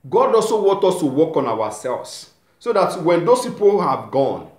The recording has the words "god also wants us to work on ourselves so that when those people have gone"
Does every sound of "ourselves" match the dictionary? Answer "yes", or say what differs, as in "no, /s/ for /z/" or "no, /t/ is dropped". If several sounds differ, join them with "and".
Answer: no, /w/ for /ɹ/